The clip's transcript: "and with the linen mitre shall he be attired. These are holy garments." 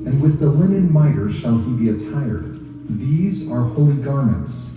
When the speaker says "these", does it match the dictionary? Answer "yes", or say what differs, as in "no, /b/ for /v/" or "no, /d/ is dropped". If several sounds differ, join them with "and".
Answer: yes